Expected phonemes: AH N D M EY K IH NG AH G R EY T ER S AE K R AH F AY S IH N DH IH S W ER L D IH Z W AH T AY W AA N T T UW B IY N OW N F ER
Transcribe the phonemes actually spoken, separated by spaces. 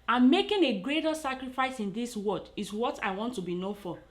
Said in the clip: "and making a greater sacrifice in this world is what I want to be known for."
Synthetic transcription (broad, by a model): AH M M EY K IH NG AH G R EY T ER S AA K R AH F AY S IH N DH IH S W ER D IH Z W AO T AY W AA N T T UW B IY N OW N F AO